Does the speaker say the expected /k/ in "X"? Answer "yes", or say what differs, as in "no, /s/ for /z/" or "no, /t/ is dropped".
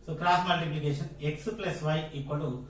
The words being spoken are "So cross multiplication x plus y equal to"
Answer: yes